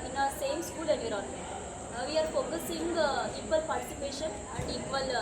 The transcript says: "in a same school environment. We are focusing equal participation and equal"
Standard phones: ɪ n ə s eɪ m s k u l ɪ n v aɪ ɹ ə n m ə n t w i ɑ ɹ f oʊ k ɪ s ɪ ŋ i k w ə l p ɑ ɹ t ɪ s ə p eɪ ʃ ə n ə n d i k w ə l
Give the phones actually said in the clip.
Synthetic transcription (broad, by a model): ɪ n ə s eɪ m s k u l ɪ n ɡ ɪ ɹ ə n ə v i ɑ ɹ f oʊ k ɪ s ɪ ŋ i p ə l p ɑ ɹ t ɪ s ə p eɪ ʃ ə n ə n d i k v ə l